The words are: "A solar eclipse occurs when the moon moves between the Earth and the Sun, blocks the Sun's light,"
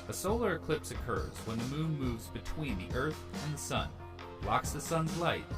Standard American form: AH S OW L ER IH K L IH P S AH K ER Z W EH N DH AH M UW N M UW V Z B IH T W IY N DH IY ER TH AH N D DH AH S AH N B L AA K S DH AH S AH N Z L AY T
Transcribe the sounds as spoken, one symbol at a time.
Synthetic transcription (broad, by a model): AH S OW L ER IH K L IH P S AH K ER Z W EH N DH AH M UW N M UW V Z B IH T W IY N DH IY ER TH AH N DH AH S AH N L AA K S DH AH S AH N Z L AY T